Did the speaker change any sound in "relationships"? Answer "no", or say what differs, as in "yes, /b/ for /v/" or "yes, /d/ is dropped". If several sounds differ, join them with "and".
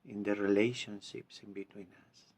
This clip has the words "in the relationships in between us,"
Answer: no